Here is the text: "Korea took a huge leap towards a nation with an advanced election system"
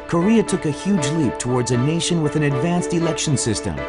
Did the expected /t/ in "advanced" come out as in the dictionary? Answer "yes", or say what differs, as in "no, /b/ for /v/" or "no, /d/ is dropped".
yes